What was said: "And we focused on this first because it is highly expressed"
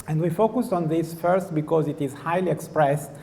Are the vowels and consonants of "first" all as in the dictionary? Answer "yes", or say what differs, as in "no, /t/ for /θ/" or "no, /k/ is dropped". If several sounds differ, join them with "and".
yes